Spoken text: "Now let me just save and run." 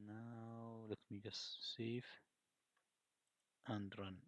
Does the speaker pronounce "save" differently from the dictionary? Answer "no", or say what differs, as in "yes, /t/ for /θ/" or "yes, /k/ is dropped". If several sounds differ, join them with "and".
yes, /f/ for /v/